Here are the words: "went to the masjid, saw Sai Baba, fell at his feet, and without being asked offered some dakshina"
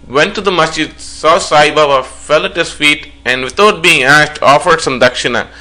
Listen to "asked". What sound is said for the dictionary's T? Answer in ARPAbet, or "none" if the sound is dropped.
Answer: T